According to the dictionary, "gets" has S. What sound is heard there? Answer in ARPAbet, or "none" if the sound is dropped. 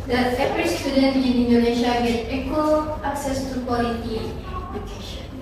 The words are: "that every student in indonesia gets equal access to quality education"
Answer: none